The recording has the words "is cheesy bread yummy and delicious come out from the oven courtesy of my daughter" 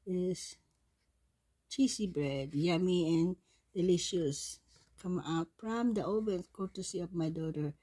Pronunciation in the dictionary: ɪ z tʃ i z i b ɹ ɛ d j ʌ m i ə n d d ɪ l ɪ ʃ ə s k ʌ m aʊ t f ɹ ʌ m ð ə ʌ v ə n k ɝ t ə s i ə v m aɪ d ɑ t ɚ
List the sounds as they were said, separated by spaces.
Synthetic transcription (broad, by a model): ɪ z tʃ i s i b ɹ ɛ d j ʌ m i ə n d d ɪ l ɪ ʃ ə s k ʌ m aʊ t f ɹ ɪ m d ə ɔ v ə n k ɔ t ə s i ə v m aɪ d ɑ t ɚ